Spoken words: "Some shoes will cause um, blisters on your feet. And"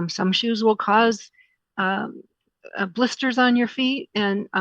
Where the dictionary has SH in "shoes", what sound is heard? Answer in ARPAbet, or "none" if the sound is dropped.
SH